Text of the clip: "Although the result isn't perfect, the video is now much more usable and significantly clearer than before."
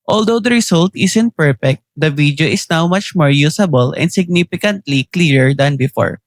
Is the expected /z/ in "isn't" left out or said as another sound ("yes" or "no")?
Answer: yes